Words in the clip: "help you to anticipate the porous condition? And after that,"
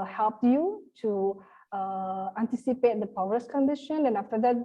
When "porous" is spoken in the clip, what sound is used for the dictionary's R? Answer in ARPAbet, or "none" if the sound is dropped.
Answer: W